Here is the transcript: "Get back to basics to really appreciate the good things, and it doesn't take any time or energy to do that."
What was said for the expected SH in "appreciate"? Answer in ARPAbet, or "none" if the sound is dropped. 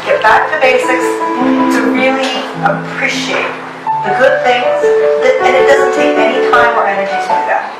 SH